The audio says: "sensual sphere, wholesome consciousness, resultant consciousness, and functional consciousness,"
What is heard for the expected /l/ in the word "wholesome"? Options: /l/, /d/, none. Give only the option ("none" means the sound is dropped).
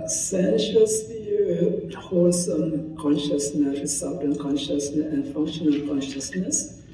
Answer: none